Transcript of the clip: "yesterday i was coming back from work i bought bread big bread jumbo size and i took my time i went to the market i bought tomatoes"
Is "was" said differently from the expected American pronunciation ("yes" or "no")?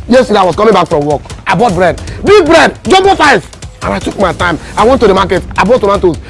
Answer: yes